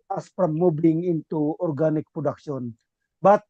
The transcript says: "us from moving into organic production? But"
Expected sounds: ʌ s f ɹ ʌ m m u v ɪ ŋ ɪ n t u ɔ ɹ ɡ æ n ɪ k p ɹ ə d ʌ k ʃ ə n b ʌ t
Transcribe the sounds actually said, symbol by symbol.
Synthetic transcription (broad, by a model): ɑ s p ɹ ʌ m m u b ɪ ŋ ɪ n t u ɔ ɹ ɡ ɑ n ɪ k p ɹ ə d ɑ k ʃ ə n b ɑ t